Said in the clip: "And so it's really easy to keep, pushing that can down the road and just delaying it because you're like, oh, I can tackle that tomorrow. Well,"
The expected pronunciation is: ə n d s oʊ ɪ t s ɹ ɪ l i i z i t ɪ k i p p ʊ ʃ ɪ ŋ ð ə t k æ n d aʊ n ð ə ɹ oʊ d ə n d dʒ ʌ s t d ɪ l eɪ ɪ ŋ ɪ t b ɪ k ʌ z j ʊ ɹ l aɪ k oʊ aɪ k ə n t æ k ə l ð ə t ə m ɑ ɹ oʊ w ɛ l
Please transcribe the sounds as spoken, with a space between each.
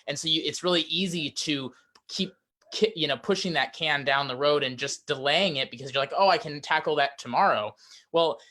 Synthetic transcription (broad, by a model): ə n s oʊ ɪ t s ɹ ɪ l i i z i t ɪ k i p p ʊ ʃ ɪ ŋ ð ə t k æ n d aʊ n ð ə ɹ oʊ d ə n dʒ ʌ s d ɪ l eɪ ɪ ŋ ɪ t b ɪ k ʌ z j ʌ ɹ l aɪ k oʊ aɪ k ə n t æ k l ð ə t ə m ɑ ɹ oʊ w ɛ l